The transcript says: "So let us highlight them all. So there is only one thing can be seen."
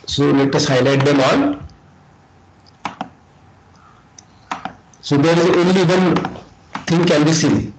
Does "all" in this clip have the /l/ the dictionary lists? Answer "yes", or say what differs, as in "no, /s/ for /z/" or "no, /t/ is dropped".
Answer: no, /n/ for /l/